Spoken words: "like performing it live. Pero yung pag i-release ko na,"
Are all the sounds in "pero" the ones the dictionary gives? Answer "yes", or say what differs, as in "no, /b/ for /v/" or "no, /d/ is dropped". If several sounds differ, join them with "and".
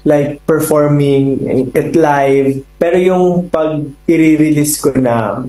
yes